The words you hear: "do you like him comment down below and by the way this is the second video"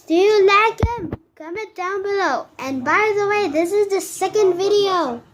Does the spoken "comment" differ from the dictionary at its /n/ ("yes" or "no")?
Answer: yes